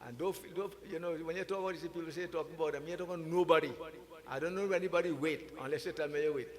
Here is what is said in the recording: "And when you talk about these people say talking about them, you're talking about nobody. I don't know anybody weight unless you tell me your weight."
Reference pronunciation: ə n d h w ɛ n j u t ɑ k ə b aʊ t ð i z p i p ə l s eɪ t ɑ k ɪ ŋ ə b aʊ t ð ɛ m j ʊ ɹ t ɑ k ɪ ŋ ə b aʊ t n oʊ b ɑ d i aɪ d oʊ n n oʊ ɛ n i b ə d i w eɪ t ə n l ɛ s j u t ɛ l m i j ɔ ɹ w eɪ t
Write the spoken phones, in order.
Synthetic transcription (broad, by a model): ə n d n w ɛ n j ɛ t ɑ k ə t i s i p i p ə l s eɪ t ɑ k ɪ ŋ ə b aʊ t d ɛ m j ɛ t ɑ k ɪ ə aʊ n oʊ b ɑ d i aɪ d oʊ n n oʊ ɛ n i b ə d i w eɪ t ə n l ɛ s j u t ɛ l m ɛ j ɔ w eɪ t